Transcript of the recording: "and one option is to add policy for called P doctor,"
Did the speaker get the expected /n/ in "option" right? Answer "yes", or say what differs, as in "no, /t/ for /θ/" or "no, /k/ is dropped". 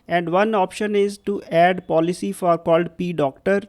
yes